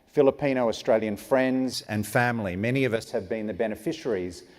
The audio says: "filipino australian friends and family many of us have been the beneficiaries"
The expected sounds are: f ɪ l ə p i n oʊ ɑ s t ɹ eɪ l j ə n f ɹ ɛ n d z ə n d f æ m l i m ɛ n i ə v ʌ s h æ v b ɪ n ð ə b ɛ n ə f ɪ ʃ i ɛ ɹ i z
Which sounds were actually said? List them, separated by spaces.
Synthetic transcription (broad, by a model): f ɪ l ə p i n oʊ ɑ s t ɹ eɪ l j ə n f ɹ ɛ n d z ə n f æ m l i m ɛ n i ə v ʌ s h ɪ v b ɪ n ð ə b ɛ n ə f ɪ ʃ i ɹ i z